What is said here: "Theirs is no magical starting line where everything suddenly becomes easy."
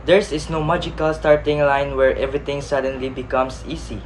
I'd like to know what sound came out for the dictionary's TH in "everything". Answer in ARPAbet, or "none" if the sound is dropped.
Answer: T